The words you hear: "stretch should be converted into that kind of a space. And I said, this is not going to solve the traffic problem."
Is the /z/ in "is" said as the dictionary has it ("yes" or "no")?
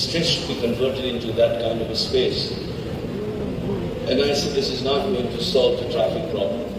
yes